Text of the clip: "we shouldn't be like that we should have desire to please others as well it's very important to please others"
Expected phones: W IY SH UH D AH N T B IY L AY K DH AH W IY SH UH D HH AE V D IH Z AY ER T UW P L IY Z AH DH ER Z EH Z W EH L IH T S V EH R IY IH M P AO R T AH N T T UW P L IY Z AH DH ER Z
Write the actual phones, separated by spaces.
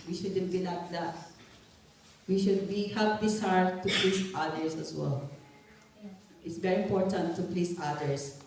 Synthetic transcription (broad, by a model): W IY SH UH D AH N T B IY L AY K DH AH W IY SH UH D HH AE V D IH S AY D T UW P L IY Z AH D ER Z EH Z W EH L IH T S V EH R IY IH M P AO R T AH N T T UW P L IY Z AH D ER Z